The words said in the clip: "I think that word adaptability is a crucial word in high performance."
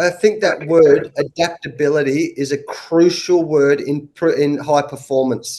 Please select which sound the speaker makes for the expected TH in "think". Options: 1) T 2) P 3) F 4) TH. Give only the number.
4